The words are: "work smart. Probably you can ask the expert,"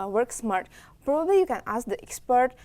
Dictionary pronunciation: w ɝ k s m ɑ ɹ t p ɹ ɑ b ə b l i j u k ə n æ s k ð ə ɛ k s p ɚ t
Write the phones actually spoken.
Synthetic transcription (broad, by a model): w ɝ k s m ɑ ɹ t p ɹ ɑ b ə b l i j u k ə n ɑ s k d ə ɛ k s p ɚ t